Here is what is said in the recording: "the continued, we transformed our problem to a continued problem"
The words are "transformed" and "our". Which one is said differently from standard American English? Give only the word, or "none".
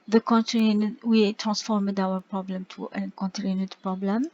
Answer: none